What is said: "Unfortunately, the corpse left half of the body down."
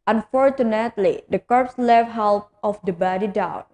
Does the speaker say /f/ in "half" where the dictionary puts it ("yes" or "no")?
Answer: no